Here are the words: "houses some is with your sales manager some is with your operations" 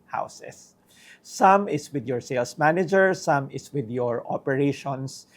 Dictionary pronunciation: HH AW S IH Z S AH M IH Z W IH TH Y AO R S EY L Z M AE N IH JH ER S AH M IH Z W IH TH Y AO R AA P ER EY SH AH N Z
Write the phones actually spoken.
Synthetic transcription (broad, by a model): HH AW S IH S AH M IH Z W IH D Y AO R S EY L S M AE N IH JH ER S AH M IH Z W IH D Y AO R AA P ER EY SH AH N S